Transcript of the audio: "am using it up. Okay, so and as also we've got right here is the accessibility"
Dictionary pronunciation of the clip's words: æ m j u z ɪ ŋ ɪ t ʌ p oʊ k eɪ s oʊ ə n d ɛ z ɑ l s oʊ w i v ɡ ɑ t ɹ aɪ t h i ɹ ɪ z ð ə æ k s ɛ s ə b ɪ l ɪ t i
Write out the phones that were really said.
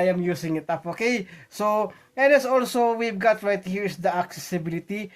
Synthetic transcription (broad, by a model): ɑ m j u s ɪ ŋ ɪ t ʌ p oʊ k eɪ s oʊ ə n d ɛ s ɑ l s oʊ w i v ɡ ɑ t ɹ aɪ t h i ɹ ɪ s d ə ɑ k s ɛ s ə b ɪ l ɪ t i